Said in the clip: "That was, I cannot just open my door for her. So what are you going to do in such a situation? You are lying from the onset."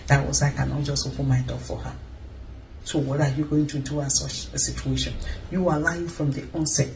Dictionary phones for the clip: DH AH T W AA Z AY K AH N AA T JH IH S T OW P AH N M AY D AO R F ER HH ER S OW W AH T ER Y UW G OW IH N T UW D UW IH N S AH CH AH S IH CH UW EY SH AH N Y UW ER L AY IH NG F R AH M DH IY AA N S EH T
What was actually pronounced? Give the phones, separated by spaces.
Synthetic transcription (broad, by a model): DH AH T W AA S AY K AH N AA T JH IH S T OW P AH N M AY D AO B F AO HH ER S OW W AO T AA Y UW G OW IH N T UW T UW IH S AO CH AH S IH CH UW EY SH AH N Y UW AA L AY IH F R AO M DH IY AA N S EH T